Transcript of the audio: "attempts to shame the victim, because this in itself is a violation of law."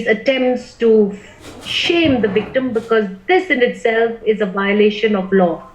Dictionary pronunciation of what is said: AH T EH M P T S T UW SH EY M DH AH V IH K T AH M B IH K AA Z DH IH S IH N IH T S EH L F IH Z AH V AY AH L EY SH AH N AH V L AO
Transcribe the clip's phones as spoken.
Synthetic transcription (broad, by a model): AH T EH M P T S T UW SH EY M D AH V IH K T AH M B IH K AA Z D IH S IH N IH T S EH L F IH Z AH V AY AH L EY SH AH N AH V L AO